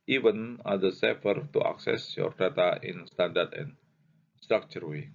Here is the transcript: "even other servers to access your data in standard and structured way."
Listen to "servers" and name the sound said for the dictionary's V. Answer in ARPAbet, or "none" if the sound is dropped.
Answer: F